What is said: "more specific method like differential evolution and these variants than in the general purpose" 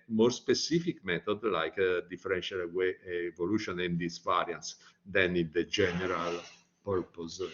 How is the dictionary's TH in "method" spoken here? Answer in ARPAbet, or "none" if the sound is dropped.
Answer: T